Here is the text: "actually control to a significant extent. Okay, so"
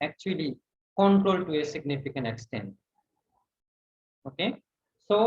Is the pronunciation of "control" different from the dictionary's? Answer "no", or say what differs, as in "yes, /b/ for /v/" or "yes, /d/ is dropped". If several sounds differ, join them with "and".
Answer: no